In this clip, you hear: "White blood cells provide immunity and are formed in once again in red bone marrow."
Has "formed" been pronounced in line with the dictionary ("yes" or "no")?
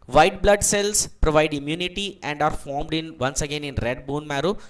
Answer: yes